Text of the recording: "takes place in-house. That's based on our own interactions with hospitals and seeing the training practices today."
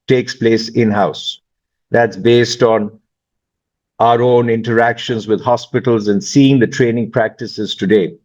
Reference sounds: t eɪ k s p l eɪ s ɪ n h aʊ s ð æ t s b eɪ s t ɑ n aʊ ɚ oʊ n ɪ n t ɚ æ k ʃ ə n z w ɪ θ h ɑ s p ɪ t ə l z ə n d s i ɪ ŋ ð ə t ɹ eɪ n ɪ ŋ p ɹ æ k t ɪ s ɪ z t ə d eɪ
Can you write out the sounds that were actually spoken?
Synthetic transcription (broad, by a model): t eɪ k s p l eɪ s ɪ n h aʊ s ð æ t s b eɪ s t ɑ n aʊ ɚ oʊ n ɪ n t ɚ æ k ʃ ə n z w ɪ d h ɑ s p ɪ t ə l z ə n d s i ɪ ŋ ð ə t ɹ eɪ n ɪ ŋ p ɹ æ k t ɪ s ɪ z t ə d eɪ